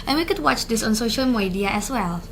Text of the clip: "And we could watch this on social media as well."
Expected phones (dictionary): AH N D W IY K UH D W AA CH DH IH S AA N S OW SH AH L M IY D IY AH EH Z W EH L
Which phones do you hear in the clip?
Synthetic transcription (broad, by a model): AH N W IY K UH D W AA CH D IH S AA N S OW SH AH L M IY D IY AH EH S W EH L